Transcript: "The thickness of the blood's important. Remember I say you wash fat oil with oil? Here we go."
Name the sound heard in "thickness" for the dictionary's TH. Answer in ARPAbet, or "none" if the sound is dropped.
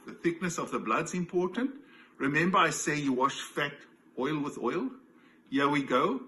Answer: TH